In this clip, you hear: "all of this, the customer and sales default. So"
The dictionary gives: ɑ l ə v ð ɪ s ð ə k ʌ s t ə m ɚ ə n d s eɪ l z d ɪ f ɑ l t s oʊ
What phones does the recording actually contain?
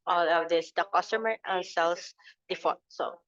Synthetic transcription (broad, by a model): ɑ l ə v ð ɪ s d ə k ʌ s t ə m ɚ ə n s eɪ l s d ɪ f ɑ t s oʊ